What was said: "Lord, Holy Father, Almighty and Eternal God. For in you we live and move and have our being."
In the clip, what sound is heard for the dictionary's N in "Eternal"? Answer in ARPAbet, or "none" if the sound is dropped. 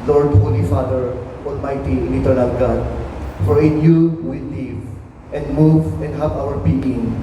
N